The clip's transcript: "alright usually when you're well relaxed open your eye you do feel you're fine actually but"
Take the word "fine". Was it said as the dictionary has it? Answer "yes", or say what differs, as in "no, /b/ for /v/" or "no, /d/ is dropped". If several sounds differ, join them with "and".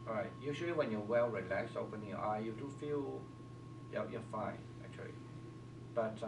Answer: yes